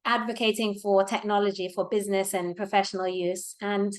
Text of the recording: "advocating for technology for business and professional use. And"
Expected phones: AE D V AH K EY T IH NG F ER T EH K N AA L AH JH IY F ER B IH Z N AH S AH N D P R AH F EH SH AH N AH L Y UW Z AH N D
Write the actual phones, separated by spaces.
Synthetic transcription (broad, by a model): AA D V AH K EY T IH NG F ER T EH K N AA L AH JH IY F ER B IH Z N AH S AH N P R AH F EH SH AH N AH L Y UW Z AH N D